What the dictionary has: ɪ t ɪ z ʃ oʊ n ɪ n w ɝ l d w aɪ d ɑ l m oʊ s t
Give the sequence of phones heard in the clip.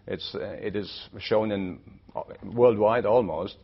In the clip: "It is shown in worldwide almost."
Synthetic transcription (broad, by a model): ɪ t ɪ z ʃ oʊ n ɪ n w ɝ l d w aɪ d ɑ l m oʊ s t